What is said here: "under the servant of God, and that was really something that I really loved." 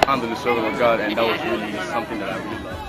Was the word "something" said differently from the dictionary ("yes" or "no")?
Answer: no